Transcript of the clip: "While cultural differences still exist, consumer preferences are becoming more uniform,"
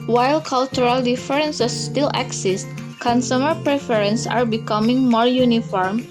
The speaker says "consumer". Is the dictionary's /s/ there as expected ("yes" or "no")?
yes